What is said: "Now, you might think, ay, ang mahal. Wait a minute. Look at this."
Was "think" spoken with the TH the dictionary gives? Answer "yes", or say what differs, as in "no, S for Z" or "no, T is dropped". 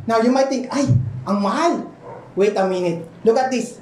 no, T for TH